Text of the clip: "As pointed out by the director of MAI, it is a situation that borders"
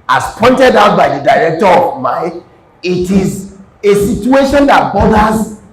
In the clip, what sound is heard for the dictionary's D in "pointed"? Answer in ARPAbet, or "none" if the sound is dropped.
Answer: D